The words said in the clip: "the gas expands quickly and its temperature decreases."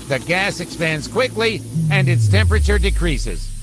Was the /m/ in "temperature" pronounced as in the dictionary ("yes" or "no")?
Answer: yes